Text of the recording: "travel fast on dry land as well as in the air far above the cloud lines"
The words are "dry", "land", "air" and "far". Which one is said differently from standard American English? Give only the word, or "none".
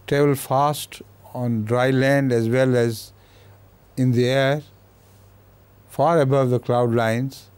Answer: none